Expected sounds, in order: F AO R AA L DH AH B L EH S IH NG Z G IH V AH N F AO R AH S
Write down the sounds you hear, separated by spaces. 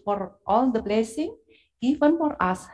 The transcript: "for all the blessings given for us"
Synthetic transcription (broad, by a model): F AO R AA L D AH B L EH S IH NG G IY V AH N F AO R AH S